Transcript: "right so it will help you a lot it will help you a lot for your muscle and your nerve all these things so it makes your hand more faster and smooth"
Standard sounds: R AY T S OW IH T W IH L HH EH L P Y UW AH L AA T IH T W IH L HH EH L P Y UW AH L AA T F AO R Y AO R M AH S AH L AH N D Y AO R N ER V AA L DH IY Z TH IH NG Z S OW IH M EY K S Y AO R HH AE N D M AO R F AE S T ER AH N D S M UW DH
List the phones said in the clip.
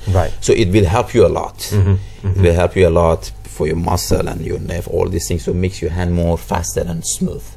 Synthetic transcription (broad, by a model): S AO T IH T W IH L HH EH L P Y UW AH L AA T IH T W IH L HH EH L P Y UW AH L AA T F AO R Y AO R M AH S AH L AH N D Y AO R N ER F AA L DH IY S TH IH NG S OW M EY K S Y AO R HH AE N D M AO R F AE S T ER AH N S M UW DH